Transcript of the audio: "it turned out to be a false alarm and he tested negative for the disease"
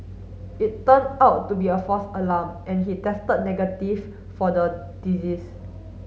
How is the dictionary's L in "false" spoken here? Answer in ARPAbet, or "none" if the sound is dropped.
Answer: none